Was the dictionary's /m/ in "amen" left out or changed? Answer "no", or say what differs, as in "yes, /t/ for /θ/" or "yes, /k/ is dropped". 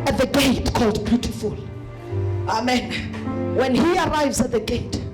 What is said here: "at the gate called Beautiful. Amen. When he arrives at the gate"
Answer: no